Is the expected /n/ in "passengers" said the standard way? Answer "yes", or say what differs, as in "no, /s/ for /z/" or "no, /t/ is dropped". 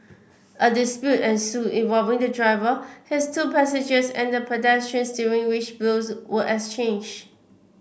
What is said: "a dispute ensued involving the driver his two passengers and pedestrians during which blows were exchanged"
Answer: no, /n/ is dropped